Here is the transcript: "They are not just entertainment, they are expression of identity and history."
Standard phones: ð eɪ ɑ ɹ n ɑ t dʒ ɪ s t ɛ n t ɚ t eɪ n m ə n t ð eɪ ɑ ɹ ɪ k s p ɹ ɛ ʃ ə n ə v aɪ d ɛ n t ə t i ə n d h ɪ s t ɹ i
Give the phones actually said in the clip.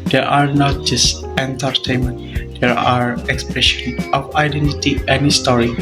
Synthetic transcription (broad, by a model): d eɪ ɑ ɹ n ɑ t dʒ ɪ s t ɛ n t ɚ t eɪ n m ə n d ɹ ɑ ɹ ɪ k s p ɹ ɛ ʃ ə n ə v aɪ d ɛ n t ə t i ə n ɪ s t ɹ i